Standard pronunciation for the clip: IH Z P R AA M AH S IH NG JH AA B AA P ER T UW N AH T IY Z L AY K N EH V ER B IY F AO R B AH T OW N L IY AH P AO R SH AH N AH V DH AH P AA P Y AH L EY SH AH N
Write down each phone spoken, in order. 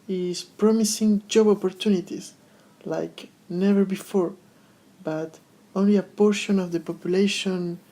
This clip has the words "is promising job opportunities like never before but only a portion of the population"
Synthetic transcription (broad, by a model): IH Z P R AA M AH S IH NG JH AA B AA P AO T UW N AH T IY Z L AY K N EH V ER B IY F AO R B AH T OW N L IY AH P AO R SH AH N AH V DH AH P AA P Y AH L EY SH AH N